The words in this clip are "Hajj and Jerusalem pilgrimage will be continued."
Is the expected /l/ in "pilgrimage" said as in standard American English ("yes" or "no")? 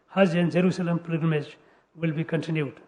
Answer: no